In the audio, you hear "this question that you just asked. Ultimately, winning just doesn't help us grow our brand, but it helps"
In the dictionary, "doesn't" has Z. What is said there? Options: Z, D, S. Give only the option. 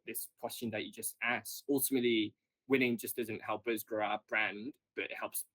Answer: Z